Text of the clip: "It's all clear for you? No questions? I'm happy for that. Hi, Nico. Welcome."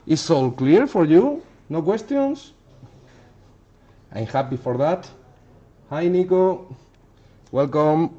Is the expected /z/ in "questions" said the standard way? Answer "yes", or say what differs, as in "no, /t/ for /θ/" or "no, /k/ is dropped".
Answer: no, /s/ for /z/